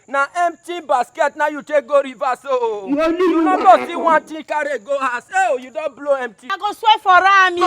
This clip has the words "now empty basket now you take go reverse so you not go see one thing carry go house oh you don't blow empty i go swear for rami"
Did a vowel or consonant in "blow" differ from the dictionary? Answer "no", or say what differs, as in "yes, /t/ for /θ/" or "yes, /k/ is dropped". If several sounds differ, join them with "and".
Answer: no